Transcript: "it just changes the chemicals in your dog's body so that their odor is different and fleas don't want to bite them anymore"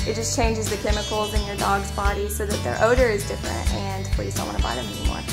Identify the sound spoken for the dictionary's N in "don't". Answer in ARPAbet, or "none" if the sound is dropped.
L